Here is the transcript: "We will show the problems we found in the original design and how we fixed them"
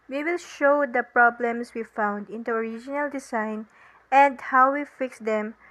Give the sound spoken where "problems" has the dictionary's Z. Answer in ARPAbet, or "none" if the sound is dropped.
S